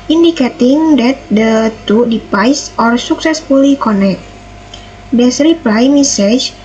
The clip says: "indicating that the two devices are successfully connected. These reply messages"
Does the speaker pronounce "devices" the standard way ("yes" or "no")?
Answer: no